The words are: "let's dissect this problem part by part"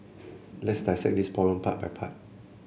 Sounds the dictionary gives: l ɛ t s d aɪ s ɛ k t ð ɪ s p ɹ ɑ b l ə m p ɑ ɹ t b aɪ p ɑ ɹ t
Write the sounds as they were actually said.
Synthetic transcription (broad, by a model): l ɛ t s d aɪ s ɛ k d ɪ s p ɑ l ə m p ɑ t b aɪ p ɑ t